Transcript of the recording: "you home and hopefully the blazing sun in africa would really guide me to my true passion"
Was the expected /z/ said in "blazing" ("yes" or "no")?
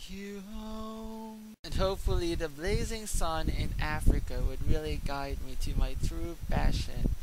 yes